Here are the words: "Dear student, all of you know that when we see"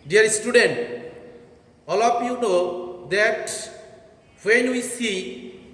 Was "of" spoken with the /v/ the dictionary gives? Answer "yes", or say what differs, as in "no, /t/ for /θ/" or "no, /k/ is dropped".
no, /p/ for /v/